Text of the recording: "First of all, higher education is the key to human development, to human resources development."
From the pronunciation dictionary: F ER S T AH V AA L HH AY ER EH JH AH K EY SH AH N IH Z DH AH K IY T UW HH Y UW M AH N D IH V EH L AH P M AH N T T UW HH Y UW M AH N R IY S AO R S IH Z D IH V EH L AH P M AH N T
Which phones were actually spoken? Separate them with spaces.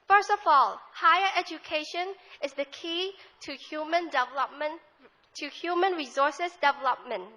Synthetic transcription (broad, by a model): F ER S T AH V AA L HH AY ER EH JH AH K EY SH AH N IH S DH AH K IY T UW HH Y UW M AH N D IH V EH L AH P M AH N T T UW HH Y UW M AH N R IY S AO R S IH S D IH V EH L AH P M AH N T